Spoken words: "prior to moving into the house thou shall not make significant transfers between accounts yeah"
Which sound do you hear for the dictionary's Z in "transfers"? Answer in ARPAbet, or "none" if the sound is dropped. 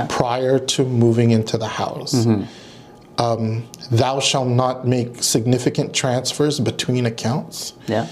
Z